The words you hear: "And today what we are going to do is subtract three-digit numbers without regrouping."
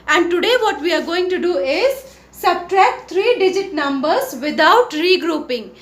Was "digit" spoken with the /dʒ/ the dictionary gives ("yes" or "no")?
yes